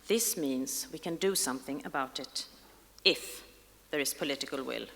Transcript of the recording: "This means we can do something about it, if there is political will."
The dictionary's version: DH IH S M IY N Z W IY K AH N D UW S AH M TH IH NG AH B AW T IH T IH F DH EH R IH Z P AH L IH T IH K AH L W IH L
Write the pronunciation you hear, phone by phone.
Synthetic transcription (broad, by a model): DH IH S M IY N Z W IY K AH N D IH S AH M TH IH NG AH B AW T IH T IH F DH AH R IH Z P AH L IH T IH K AH L W IH L